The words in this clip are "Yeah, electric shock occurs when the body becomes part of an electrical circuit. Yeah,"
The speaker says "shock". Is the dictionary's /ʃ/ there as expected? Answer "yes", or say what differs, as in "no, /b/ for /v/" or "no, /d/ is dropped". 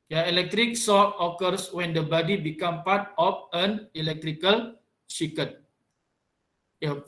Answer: no, /s/ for /ʃ/